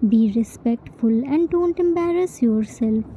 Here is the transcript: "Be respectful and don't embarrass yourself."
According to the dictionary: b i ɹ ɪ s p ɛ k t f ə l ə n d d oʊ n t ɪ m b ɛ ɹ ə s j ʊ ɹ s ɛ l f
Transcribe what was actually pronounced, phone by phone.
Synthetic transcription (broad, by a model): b i ɹ ɪ s p ɛ k t f ə l ə n d d oʊ n t ɪ m b ɛ ɹ ə s j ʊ ɹ s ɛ l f